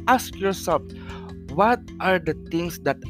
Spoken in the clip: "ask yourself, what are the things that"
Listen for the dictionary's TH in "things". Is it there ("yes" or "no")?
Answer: no